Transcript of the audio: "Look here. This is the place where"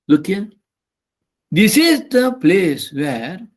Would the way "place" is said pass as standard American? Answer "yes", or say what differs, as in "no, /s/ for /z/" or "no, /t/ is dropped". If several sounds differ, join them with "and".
yes